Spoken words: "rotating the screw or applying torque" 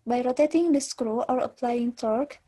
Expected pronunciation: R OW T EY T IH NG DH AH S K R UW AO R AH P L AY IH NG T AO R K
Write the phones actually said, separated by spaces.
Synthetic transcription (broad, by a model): R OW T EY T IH NG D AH S K R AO AO R AH P L AY IH NG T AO R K